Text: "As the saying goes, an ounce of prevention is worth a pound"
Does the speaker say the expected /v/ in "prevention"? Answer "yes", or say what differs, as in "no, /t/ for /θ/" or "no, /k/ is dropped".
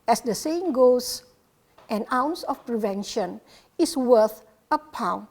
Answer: yes